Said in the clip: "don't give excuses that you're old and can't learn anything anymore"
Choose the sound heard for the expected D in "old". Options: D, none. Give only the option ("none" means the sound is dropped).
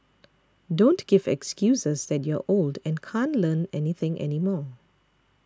D